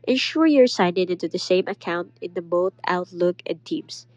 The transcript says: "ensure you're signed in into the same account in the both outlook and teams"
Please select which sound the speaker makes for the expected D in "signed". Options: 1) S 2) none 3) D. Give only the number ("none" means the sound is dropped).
2